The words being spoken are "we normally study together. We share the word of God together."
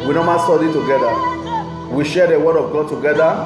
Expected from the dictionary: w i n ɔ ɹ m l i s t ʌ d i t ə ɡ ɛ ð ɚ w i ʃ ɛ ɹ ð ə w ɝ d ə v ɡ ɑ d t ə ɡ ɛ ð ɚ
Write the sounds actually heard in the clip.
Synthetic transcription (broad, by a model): w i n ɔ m i s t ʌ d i t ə ɡ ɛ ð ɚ w i ʃ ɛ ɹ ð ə w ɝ d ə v ɡ ɑ d t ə ɡ ɛ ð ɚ